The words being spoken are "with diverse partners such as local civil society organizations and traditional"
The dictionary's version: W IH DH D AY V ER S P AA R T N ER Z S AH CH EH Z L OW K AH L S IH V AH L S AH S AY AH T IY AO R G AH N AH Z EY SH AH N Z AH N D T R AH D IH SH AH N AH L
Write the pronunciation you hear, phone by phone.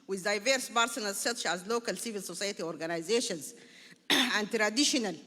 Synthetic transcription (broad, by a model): W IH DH D AY V ER S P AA R S N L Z S AH CH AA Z L OW K AH L S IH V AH L S AH S AY AH T IY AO R G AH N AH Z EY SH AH N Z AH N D T R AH D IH SH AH N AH L